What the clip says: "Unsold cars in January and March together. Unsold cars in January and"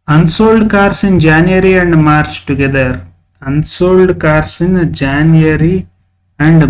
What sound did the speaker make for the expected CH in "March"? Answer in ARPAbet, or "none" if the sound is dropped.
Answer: CH